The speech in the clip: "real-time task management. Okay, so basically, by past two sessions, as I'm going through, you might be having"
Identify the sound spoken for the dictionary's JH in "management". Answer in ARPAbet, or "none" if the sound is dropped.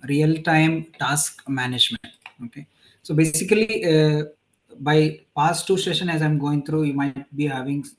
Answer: JH